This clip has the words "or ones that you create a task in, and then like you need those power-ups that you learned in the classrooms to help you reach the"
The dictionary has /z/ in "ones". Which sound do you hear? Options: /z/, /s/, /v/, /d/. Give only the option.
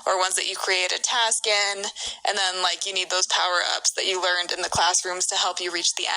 /z/